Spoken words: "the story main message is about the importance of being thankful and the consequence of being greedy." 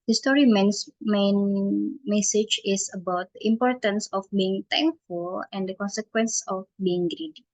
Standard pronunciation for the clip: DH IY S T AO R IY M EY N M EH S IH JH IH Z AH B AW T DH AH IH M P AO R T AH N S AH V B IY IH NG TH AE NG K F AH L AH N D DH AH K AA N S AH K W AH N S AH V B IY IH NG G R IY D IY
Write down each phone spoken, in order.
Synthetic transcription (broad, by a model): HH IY S T AO R IY M EY N M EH S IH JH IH S AH B AW T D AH IH M P AO R T AH N S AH F B IY IH NG T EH NG K F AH L AH N D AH K AA N S AH K W AH N S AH F B IY IH NG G R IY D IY